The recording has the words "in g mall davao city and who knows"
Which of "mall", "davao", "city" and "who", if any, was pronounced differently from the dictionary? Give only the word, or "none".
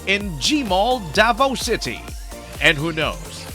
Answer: none